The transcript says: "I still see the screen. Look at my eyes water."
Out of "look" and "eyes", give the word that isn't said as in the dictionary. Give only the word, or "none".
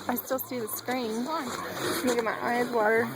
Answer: look